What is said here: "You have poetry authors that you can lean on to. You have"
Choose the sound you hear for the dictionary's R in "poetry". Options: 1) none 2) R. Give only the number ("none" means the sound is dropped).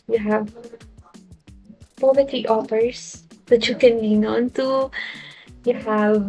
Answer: 1